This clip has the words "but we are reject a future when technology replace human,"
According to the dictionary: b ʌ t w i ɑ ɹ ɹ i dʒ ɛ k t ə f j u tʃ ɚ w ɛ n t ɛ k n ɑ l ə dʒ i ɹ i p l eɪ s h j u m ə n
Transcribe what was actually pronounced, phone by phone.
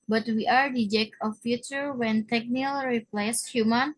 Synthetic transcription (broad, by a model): b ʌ t w i ɑ ɹ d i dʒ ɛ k ə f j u tʃ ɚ w ɛ n t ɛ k n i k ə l ɹ i p l eɪ s h j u m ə n